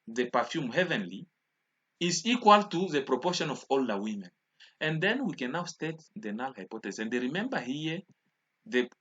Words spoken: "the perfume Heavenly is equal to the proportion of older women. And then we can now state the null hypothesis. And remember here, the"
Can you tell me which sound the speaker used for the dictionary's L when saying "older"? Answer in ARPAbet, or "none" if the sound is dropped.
L